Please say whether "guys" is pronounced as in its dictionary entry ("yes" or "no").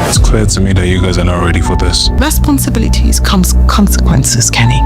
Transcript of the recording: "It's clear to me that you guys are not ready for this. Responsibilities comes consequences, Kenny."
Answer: yes